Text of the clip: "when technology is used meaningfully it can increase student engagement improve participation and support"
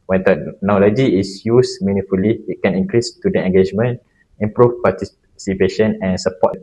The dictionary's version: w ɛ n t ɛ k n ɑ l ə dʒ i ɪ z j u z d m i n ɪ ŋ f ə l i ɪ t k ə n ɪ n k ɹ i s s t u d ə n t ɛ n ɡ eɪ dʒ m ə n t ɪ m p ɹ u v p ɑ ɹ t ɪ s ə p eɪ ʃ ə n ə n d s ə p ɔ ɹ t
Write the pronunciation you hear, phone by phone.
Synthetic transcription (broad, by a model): w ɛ n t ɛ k n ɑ l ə dʒ i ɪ s j u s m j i n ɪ f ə l i ɪ t k ə n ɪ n k ɹ i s s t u d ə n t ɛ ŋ ɡ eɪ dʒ m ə n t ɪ m p ɹ u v p ɑ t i s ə p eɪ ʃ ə n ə n s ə p ɔ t